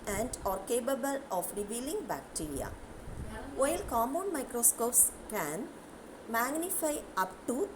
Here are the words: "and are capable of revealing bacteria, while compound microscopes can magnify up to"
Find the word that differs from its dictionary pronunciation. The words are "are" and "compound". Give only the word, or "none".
compound